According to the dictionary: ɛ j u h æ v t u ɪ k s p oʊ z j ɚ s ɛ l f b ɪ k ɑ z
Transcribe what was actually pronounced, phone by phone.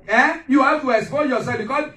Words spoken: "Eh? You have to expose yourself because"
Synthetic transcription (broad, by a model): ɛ j u h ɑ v t u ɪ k s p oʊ j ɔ s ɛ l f b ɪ k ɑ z